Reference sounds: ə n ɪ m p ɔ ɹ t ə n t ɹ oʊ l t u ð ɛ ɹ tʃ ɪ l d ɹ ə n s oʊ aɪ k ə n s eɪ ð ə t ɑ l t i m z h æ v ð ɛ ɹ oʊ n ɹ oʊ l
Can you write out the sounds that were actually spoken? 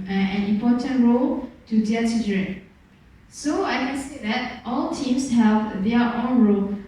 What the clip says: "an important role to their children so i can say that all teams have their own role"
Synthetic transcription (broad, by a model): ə n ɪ m p ɔ t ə n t ɹ oʊ l t u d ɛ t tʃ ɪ d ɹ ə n s oʊ aɪ k ə n s eɪ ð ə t ɑ l t i m s h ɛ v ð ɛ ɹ oʊ n ɹ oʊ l